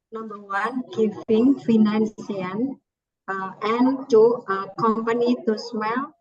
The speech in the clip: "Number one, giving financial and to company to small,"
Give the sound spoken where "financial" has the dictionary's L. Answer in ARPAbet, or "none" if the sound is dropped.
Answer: N